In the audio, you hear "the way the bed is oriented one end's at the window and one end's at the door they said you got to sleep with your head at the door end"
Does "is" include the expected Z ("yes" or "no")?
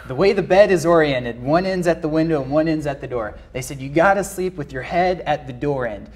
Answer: yes